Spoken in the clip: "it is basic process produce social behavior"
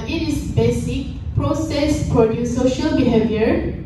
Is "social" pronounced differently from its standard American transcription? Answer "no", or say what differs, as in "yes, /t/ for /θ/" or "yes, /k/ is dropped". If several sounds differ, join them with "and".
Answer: no